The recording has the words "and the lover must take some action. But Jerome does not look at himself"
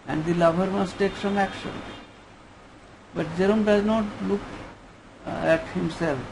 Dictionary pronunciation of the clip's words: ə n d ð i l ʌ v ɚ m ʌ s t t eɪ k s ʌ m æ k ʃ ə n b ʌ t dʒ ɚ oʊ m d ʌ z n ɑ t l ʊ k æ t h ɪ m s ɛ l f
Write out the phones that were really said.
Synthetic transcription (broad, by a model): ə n d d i l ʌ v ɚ m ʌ s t t eɪ k s ʌ m æ k ʃ ə n b ʌ t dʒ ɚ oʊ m d ʌ z n ɑ t l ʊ k æ t h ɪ m s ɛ l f